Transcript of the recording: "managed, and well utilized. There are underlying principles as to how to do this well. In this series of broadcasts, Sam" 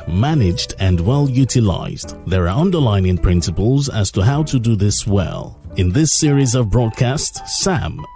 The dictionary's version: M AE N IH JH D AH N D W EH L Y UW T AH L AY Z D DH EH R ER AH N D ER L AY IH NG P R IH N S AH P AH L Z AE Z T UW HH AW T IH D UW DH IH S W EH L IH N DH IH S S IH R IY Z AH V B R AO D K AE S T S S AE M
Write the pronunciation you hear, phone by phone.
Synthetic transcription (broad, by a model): M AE N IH JH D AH N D W EH L Y UW T AH L AY Z D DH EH R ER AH N D ER L AY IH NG P R IH N S AH P AH L Z AE Z T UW HH AW T IH D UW DH IH S W EH L IH N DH IH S S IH R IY Z AH V B R AO D K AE S T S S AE M